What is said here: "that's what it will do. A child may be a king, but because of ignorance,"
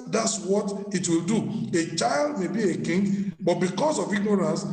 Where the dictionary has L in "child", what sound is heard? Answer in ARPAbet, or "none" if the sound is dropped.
L